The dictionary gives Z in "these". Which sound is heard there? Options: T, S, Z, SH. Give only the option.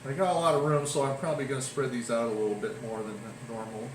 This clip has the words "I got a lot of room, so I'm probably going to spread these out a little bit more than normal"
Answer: Z